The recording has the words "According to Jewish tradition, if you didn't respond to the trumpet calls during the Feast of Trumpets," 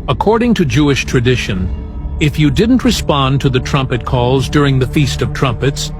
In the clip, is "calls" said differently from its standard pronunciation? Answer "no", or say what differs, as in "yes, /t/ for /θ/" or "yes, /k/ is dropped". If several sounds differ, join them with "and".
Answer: no